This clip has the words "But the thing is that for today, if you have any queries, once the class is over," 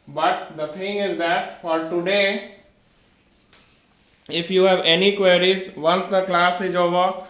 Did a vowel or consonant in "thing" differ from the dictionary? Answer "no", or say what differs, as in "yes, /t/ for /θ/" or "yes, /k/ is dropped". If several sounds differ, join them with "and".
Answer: yes, /t/ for /θ/